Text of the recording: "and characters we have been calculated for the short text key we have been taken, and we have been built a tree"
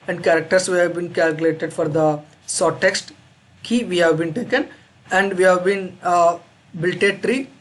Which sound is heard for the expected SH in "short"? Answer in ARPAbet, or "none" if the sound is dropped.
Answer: S